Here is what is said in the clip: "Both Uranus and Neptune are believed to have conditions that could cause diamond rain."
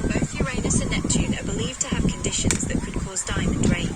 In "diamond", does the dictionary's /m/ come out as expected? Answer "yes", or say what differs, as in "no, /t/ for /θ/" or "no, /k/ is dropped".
yes